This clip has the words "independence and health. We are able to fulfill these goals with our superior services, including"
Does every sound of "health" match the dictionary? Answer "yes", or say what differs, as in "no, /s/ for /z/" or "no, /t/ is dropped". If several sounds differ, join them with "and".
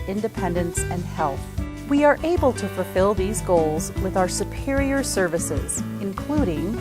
yes